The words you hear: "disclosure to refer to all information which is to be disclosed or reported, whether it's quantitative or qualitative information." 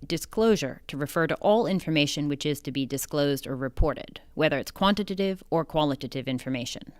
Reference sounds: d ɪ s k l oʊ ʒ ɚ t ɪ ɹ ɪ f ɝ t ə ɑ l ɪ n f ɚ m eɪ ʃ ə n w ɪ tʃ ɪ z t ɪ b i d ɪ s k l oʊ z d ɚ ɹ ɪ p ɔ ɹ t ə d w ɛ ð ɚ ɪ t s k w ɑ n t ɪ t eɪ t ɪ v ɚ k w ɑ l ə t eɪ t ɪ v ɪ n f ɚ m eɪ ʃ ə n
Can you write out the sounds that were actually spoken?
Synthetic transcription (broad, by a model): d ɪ s k l oʊ ʒ ɚ t ɪ ɹ ɪ f ɝ t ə ɑ l ɪ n f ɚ m eɪ ʃ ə n w ɪ tʃ ɪ z t ɪ b i d ɪ s k l oʊ z d ɚ ɹ ɪ p ɔ ɹ t ə d w ɛ ð ɚ ɪ t s k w ɑ n t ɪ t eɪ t ɪ v ɚ k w ɑ l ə t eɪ t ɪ v ɪ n f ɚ m eɪ ʃ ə n